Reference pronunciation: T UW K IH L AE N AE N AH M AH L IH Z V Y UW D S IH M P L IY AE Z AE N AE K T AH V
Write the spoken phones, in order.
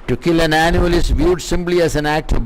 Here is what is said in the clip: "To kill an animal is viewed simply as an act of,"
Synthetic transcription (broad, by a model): T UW K IH L AE N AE N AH AH L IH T V Y UW D S IH M P L IY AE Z AE N AE K T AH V